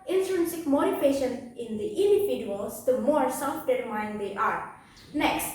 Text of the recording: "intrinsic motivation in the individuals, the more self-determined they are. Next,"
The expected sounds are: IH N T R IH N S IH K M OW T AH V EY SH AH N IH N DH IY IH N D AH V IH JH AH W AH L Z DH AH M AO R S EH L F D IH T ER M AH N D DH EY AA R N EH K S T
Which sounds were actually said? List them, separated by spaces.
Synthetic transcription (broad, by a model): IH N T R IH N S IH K M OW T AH P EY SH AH N IH N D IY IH N D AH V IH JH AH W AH L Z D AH M AO R S EH L F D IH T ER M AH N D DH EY AA R N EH K S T